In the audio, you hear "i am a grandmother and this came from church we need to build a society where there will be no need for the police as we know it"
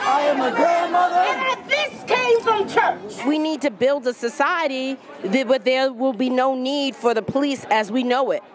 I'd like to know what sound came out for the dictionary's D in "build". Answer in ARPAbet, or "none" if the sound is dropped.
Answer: D